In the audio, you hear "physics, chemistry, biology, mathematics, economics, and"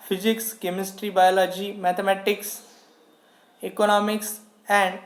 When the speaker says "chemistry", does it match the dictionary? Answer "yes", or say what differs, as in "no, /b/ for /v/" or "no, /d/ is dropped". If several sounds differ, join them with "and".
yes